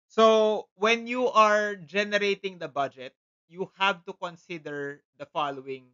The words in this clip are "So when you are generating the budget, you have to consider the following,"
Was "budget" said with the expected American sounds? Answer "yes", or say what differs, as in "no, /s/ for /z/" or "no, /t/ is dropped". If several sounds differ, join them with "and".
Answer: yes